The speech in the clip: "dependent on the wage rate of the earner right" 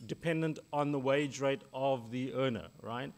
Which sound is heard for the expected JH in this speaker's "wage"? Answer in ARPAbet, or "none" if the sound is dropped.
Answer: JH